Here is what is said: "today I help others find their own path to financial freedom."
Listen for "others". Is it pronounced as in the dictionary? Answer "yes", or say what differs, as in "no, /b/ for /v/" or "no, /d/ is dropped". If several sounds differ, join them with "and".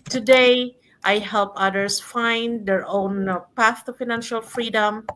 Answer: no, /s/ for /z/